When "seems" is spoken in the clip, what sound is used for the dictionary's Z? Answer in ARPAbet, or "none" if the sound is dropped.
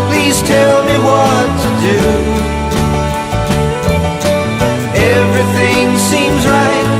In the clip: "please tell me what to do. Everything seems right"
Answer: Z